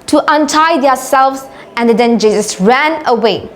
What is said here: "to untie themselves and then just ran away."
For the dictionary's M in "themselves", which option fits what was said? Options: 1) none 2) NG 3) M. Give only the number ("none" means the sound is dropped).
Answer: 1